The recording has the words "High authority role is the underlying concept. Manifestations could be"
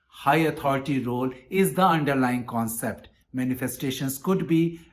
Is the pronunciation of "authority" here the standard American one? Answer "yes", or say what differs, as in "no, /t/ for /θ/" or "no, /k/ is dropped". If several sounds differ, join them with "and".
no, /t/ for /θ/